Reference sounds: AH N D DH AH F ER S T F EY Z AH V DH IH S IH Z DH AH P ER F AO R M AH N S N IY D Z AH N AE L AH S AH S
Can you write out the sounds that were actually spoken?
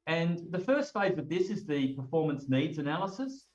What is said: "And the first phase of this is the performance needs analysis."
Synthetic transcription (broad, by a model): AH N DH AH F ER S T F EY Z AH V DH IH S IH Z DH AH P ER F AO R M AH N S N IY D Z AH N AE L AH S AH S